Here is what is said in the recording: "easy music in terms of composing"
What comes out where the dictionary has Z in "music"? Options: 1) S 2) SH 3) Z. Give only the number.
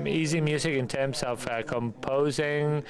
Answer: 3